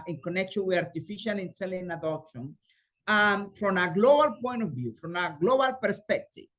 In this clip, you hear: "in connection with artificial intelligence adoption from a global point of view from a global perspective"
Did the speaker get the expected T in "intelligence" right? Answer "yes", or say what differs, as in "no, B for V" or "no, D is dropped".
no, S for T